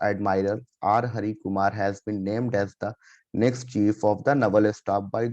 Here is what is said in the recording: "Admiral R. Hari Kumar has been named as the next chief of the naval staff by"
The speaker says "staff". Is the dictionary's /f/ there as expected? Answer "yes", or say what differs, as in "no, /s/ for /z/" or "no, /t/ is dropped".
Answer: no, /p/ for /f/